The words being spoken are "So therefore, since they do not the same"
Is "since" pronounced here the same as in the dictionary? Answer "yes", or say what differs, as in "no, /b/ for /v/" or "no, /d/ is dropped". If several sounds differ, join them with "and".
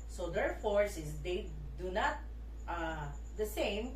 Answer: no, /n/ is dropped